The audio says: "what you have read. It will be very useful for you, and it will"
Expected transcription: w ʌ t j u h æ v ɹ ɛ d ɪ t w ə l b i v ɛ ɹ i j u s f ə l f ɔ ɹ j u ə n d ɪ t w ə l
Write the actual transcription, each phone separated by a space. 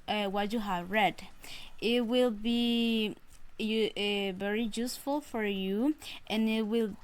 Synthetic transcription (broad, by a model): w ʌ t j u h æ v ɹ ɛ d ɪ t w ə l b i v ɛ ɹ i j u s f ə l f ɔ ɹ j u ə n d ɪ t w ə l